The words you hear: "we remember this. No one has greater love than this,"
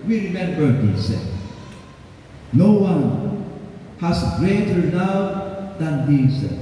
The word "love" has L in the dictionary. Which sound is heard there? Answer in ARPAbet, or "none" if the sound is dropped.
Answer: N